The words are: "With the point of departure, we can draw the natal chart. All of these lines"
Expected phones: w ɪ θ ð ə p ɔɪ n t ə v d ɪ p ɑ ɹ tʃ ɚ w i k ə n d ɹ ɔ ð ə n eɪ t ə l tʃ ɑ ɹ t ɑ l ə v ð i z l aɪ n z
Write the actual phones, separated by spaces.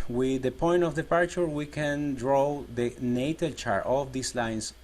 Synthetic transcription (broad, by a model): w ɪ ð ə p ɔɪ n t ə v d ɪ p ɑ ɹ tʃ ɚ w i k ə n d ɹ ɔ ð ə n eɪ t ə l tʃ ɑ ɹ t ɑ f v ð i s l aɪ n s